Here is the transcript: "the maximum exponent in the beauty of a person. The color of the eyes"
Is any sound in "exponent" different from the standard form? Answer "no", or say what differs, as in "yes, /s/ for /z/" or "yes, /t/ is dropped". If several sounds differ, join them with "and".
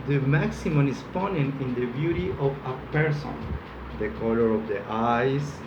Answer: yes, /k/ is dropped